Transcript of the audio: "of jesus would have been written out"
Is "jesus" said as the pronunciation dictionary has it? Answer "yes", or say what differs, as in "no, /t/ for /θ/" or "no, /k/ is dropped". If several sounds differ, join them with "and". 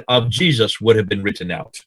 yes